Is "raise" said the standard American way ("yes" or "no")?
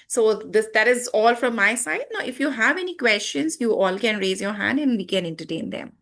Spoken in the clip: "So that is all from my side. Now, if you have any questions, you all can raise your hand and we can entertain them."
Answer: yes